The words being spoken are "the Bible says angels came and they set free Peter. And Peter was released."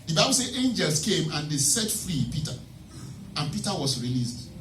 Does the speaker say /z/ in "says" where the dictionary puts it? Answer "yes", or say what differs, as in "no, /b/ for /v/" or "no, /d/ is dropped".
no, /z/ is dropped